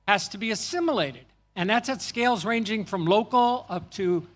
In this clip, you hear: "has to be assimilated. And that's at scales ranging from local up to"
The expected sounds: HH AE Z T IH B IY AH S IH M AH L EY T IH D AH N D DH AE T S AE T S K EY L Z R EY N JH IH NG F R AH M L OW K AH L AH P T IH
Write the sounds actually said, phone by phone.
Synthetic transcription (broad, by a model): HH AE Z T IH B IY AH S IH M AH L EY T IH D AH N DH AE T S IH T S K EY L Z R EY N JH IH NG F R AH M L OW K L AH P T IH